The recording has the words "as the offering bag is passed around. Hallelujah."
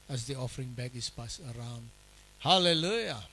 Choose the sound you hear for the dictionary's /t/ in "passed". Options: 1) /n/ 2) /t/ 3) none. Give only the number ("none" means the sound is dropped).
3